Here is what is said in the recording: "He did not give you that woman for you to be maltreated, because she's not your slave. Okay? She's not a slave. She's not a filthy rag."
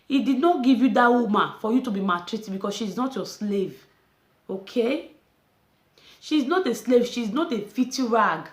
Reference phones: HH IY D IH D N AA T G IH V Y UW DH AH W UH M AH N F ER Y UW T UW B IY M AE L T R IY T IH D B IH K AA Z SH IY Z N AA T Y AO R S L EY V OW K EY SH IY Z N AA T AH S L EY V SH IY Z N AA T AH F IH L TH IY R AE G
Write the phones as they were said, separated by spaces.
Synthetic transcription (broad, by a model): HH IY D IH D N AA T G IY V Y UW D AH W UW M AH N F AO Y UW T UW B IY M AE T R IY T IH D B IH K AA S SH IY Z N AA T Y AO S L EY V OW K EY SH IY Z N AA T AH S L EY V SH IY Z N AA T AH F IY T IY R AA G